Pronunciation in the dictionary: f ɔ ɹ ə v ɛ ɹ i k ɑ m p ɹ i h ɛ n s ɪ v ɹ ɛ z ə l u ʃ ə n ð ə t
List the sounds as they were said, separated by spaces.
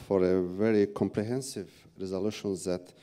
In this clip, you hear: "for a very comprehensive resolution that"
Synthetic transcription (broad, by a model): f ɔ ɹ ə v ɛ ɹ i k ɑ m p ɹ i h ɛ n s ɪ v ɹ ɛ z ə l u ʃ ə n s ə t